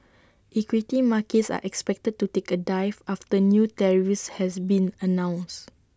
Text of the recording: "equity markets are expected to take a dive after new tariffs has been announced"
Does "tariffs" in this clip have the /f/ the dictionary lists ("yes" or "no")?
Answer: no